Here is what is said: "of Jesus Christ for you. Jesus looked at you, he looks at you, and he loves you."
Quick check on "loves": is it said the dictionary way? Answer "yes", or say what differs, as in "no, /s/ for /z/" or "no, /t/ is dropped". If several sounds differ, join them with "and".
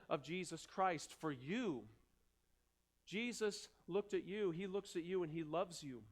yes